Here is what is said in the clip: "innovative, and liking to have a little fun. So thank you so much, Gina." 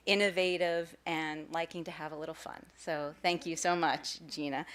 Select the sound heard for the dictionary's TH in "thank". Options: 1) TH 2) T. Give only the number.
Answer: 1